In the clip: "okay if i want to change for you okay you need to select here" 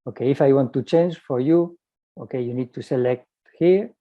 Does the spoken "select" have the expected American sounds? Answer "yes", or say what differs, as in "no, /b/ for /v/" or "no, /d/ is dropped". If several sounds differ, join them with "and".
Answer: yes